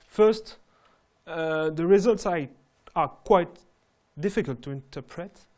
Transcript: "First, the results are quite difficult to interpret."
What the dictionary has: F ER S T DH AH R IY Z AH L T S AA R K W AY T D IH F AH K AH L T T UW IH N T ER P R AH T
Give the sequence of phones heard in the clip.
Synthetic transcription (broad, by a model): F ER S T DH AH R IY Z AH L T S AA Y K W AY T D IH F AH K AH L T T UW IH N T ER P R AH T